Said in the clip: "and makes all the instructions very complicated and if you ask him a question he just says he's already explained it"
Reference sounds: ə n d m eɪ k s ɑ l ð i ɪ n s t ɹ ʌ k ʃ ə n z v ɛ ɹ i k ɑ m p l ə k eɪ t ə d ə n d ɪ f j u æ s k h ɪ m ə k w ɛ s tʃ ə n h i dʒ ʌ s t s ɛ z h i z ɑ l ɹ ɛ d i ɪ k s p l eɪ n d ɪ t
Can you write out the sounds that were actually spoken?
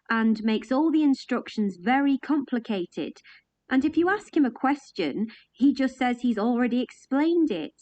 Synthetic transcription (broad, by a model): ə n m eɪ k s ɑ l ð i ɪ n s t ɹ ʌ k ʃ ə n z v ɛ ɹ i k ɑ m p l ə k eɪ t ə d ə n ɪ f j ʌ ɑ s k h ɪ m ə k w ɛ s tʃ ə n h i dʒ ʌ s t s ɛ z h i z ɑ l ɹ ɛ d i ɪ k s p l eɪ n d ɪ t